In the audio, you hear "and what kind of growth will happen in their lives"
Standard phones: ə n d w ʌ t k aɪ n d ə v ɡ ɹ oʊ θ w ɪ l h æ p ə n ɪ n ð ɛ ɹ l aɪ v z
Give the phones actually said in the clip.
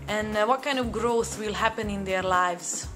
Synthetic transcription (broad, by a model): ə n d w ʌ t k aɪ n d ə v ɡ ɹ oʊ θ w ɪ l h æ p ə n ɪ n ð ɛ ɹ l aɪ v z